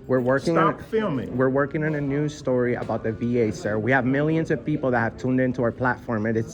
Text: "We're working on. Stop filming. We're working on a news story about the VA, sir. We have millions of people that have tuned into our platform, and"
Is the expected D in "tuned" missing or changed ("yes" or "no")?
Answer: no